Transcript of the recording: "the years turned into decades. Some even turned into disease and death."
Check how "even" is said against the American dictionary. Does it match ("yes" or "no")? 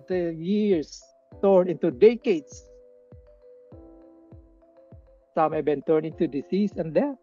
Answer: no